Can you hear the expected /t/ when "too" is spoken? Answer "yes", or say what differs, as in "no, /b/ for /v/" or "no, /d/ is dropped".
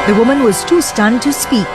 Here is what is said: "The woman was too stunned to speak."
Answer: yes